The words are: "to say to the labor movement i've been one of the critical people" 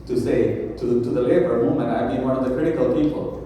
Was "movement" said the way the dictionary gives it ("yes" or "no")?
no